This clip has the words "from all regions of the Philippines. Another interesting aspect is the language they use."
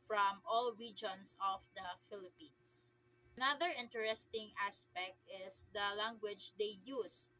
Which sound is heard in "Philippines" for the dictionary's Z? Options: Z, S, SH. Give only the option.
S